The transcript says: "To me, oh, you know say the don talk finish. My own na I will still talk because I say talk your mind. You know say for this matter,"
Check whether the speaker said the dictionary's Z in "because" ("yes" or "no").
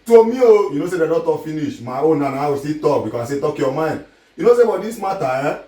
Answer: no